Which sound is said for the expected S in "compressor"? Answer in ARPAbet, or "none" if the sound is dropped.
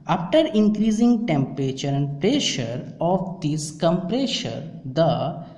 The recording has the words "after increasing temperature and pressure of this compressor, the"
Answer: SH